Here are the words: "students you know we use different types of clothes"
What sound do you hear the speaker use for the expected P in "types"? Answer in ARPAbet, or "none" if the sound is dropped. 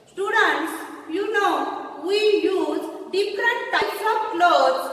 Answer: none